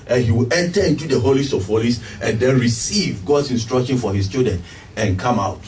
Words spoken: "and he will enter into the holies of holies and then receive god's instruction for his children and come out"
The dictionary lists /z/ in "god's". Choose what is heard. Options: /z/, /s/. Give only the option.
/s/